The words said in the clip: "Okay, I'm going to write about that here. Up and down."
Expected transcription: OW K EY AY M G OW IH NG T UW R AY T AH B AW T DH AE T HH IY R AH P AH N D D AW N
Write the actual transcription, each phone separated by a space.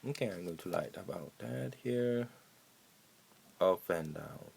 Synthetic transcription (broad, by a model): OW K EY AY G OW T UW L AY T AH B AW T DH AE T HH IY R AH F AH N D D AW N